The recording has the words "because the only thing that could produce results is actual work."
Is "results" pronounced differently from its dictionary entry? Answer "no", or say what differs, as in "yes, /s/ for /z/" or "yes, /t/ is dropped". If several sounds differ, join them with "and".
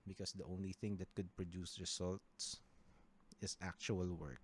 yes, /s/ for /z/